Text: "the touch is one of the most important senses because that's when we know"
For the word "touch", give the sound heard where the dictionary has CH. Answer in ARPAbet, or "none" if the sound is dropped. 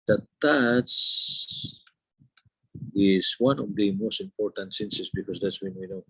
S